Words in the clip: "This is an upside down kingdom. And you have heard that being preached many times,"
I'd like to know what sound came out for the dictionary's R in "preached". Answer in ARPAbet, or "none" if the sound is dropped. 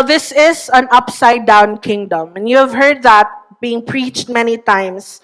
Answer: R